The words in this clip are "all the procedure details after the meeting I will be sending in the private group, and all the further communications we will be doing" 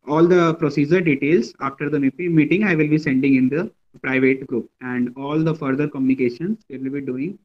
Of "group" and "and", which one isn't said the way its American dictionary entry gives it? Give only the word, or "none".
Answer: none